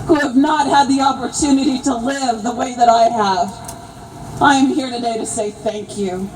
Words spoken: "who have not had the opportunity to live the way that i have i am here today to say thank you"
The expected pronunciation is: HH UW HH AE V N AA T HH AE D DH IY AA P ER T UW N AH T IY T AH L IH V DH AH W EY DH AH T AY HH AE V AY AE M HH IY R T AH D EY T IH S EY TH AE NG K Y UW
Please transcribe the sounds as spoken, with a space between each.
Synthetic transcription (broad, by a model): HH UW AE V N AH T HH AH D DH IY AA P ER T UW N AH T IY T AH L IH V DH AH W EY DH AH T AY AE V AY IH M HH IY R T AH D EY T IH S EY TH AE NG K Y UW